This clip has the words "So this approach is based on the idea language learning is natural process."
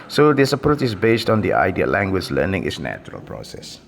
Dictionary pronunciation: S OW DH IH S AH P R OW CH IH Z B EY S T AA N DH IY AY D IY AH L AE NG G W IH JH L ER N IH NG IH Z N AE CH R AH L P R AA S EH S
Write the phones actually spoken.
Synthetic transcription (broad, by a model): S OW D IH S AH P OW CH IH S B EY S T AA N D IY AY D IY AH L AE NG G W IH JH L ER N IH NG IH S N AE CH R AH L P R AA S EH S